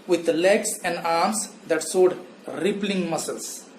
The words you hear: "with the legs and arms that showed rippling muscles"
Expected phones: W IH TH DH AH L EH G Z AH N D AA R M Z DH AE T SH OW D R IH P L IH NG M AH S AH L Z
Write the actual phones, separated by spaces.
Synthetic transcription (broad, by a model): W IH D L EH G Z AH N D AA R M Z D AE T S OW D R IH P L IH NG M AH S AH L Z